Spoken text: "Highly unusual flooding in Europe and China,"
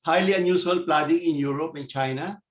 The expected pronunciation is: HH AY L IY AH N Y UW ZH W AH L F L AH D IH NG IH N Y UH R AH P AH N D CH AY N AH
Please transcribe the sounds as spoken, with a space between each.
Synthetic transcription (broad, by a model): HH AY L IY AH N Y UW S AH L P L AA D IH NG IH N Y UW R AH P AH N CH AY N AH